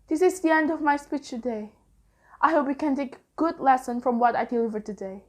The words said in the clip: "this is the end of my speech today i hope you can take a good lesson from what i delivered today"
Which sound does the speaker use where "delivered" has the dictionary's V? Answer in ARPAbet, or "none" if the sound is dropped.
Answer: V